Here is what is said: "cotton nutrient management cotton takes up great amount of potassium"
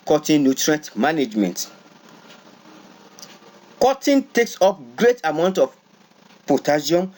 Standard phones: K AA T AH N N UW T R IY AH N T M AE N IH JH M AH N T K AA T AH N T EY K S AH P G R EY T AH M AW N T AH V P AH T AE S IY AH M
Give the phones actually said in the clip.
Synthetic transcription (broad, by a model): K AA T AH N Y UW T R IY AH N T M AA N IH JH M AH N T K AA T AH N T EY K S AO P G R EY T AH M AW N T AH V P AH T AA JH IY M